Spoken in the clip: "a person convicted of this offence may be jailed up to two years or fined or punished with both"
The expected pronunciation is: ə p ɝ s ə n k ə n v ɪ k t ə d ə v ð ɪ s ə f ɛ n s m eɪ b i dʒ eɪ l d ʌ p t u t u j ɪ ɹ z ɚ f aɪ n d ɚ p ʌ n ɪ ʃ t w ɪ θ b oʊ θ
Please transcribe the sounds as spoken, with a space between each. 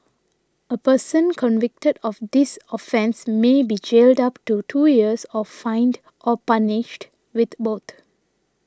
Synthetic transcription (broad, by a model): ə p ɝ s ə n k ə n v ɪ k t ə d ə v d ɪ s ə f ɛ n s m eɪ b i dʒ eɪ l d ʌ p t u t u j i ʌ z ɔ f aɪ n d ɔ p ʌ n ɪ ʃ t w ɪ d b oʊ t